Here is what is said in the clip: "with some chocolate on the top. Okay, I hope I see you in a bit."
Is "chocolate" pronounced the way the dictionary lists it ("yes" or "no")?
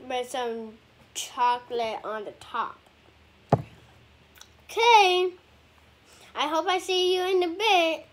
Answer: yes